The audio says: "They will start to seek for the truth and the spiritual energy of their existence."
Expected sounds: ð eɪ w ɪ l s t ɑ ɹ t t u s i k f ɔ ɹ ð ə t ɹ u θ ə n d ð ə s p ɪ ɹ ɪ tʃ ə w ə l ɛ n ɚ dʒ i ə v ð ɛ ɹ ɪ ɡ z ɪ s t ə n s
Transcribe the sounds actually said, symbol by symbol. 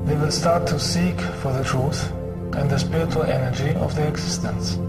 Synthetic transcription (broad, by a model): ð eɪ w ɪ l s t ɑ ɹ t t u s i k f ɔ ɹ ð ə t ɹ u θ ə n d ð ə s p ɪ ɹ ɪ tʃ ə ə l ɛ n ɚ dʒ i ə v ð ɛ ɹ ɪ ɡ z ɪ s t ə n s